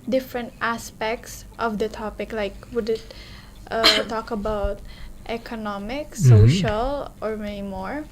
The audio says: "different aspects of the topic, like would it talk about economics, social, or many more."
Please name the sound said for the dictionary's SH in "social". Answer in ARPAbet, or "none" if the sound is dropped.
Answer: SH